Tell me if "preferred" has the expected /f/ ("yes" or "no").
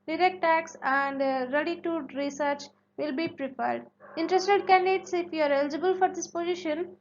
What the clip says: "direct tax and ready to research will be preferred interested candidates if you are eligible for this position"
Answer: no